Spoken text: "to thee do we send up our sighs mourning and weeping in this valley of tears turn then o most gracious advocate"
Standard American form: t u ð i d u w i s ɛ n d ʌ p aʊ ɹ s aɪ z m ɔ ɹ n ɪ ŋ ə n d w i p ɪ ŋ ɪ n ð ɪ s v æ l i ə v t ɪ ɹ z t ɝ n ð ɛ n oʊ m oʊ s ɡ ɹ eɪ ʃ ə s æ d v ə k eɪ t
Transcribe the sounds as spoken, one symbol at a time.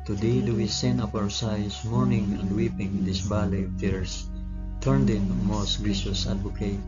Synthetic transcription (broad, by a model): t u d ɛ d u w i s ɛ n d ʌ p aʊ ɹ s aɪ s m ɔ ɹ n ɪ ŋ ə n d w i p ɪ ŋ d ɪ s b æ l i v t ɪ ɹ s t ɝ n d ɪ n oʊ m oʊ s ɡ ɹ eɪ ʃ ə s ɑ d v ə k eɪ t